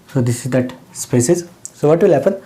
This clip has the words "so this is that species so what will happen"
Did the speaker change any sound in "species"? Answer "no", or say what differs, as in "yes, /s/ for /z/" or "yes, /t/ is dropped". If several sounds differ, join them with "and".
yes, /s/ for /ʃ/